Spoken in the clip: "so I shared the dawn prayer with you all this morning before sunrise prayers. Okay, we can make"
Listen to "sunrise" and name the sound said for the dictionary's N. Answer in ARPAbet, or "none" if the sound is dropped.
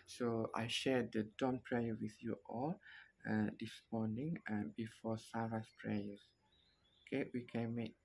none